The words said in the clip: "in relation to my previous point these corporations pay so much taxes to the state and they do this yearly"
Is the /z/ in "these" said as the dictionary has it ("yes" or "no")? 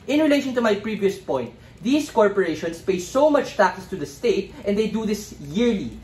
no